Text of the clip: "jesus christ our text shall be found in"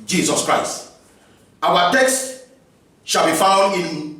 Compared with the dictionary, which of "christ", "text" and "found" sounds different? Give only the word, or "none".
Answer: none